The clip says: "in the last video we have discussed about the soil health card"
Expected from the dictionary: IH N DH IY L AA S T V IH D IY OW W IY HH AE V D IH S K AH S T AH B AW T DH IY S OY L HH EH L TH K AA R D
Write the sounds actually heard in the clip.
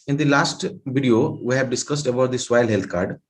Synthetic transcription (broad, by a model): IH N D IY L AA S T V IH D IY OW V IY HH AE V D IH S K AH S T AH B AW T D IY S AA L HH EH L T K AA R D